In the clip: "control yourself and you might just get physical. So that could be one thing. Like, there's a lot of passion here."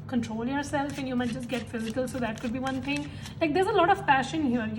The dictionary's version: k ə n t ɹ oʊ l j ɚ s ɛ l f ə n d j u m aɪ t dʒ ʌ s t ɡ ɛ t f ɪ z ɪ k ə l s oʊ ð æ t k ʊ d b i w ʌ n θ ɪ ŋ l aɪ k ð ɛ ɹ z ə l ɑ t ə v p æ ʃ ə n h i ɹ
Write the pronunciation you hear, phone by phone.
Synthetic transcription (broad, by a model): k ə n t ɹ oʊ l j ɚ s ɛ l f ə n j u m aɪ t dʒ ʌ s t ɡ ɛ t f ɪ z ɪ k ə l s oʊ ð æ t k ʊ d b i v ʌ n t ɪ ŋ l aɪ k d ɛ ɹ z ə l ɑ t ə v p æ ʃ ə n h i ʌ